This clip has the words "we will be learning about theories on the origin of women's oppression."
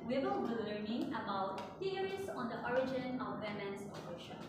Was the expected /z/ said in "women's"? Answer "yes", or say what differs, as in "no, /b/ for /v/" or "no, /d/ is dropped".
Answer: no, /s/ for /z/